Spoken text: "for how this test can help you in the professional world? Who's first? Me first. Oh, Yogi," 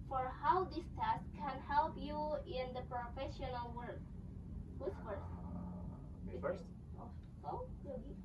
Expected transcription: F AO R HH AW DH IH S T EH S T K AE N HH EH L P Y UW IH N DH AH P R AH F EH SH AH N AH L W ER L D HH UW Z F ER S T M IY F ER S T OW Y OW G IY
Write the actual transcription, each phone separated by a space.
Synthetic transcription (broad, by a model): F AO R HH AW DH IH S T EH S K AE N HH EH L P Y UW IH N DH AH P R AH F EH SH AH N AH L W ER D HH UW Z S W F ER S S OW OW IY